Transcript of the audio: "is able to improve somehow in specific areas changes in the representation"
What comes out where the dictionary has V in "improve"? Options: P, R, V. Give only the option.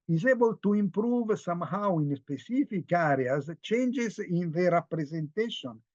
V